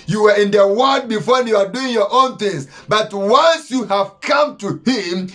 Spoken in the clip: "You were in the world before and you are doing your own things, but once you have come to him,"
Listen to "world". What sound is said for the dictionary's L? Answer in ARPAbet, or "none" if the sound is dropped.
none